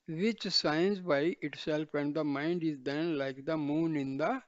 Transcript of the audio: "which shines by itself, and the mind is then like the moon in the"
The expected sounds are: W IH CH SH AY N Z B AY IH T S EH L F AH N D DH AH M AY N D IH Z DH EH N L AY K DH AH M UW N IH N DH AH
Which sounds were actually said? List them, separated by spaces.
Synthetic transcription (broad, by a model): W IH CH S AY N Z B AY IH T S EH L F AH N D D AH M AY N D IH Z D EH N L AY K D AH M UW N IH N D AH